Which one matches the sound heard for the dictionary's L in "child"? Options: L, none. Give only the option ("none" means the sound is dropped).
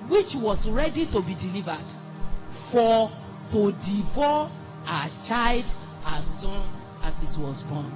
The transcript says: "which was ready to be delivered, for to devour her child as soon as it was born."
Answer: L